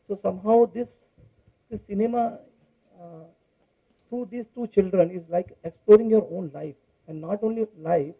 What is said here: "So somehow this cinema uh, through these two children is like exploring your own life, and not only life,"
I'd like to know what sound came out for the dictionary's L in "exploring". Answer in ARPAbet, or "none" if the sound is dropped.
L